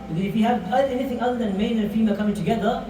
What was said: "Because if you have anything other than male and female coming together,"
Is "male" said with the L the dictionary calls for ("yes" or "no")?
no